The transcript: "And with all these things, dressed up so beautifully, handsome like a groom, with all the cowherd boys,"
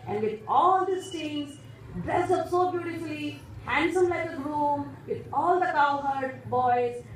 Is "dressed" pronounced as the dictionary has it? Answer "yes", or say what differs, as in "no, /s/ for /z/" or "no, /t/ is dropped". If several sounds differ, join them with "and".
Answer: no, /t/ is dropped